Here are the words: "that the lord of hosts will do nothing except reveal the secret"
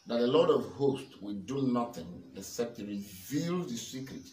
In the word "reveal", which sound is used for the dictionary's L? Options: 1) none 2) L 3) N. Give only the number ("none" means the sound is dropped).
2